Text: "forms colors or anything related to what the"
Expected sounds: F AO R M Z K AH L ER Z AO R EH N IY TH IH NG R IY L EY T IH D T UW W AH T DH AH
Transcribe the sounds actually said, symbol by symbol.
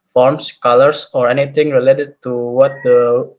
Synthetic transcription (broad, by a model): F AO R M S K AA L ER S AO R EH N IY T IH NG R IY L EY T IH D T UW W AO T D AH